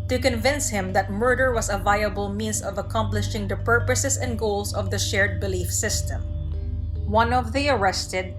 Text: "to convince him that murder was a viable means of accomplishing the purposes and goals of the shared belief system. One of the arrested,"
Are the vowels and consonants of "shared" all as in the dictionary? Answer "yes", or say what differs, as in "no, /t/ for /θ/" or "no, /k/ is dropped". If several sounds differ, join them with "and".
yes